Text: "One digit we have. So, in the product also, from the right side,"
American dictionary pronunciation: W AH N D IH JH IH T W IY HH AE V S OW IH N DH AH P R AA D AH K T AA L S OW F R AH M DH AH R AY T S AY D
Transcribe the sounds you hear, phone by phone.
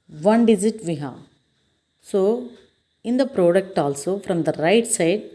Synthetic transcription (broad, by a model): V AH N D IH Z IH T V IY HH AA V S OW IH N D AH P R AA D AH K T AA L S OW F R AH M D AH R AY T S AY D